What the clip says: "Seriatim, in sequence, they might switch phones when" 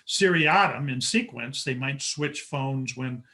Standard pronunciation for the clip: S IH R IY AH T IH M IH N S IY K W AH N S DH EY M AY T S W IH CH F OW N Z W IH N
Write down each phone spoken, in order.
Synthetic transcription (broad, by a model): S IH R IY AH T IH M IH N S IY K W AH N S DH EY M AY T S W IH CH F OW N Z W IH N